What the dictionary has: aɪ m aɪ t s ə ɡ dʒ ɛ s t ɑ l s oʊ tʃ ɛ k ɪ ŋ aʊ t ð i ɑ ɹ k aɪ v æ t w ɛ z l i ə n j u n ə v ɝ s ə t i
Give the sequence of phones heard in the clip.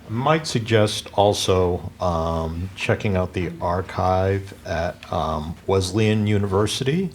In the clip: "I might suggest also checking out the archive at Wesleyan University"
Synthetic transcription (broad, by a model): m aɪ t s ə ɡ dʒ ɛ s t ɑ l s oʊ tʃ ɛ k ɪ ŋ aʊ t ð i ɑ ɹ k aɪ v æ t w ɛ z l i ə n j u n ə v ɝ s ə t i